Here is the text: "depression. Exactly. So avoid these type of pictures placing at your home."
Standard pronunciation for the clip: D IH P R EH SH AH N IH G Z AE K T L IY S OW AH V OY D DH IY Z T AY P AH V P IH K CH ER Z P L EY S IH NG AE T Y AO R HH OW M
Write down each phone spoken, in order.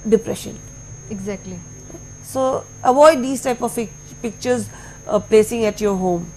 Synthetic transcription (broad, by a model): D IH P R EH SH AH N IH G Z AE K T L IY S OW AH V OY D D IY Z T AY P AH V P IH K CH ER Z P L EY S IH NG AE T Y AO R HH OW M